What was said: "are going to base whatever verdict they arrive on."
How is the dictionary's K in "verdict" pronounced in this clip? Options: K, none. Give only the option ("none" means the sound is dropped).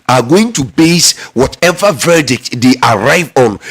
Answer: K